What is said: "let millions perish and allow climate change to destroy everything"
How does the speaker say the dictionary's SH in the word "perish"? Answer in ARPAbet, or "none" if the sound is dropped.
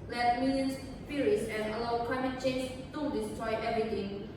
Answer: S